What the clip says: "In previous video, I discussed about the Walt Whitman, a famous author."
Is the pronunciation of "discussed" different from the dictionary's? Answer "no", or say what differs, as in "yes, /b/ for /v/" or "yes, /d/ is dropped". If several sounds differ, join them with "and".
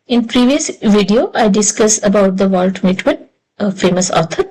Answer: yes, /t/ is dropped